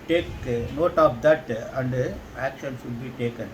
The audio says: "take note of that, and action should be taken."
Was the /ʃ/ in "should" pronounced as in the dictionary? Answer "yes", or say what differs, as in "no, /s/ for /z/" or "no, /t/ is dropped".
no, /s/ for /ʃ/